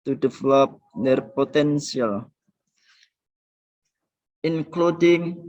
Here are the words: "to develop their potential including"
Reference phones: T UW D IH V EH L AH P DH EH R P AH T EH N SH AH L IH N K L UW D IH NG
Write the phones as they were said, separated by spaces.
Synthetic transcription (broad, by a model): T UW D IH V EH L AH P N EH R P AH T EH N S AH L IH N K L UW D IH NG